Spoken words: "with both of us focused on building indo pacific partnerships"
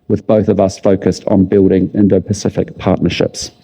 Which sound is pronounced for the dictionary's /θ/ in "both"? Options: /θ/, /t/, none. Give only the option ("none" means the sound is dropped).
/θ/